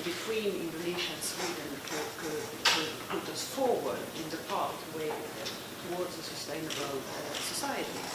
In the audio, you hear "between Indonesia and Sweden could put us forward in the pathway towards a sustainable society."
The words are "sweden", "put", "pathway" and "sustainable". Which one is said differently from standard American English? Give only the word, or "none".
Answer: pathway